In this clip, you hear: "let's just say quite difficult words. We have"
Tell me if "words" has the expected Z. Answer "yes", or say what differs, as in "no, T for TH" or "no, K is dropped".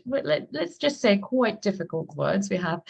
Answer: yes